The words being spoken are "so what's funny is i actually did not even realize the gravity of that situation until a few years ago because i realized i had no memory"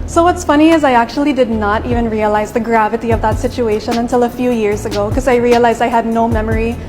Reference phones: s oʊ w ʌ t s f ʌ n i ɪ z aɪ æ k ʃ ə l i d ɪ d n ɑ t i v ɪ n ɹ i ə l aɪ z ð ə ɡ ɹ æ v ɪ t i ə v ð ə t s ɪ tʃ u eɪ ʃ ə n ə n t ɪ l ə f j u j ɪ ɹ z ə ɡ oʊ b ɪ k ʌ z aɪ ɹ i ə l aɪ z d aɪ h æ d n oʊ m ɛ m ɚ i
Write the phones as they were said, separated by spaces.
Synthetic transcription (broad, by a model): s oʊ w ʌ t s f ʌ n i ɪ z aɪ æ k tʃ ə l i d ɪ d n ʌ t i v ɪ n ɹ i ə l aɪ z ð ə ɡ ɹ æ v ɪ t i ə v ð ə t s ɪ tʃ u eɪ ʃ ə n ə n t ɪ l ə f j u j ɪ ɹ z ə ɡ oʊ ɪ k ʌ z aɪ ɹ i ə l aɪ z d aɪ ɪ d n oʊ m ɛ m ɚ i